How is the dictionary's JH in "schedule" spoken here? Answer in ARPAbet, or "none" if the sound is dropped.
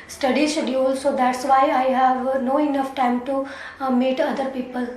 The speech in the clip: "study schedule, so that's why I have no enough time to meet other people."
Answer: none